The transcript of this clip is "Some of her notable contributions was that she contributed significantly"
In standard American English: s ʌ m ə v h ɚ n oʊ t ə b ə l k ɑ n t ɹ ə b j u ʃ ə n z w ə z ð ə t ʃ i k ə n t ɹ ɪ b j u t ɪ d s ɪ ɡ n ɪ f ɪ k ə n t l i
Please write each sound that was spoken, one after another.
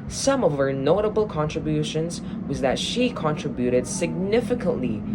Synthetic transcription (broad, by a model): s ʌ m ə v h ɚ n oʊ t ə b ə l k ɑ n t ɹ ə b j u ʃ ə n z w ə z ð ə t ʃ i k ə n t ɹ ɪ b j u t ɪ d s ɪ ɡ n ɪ f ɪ k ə n t l i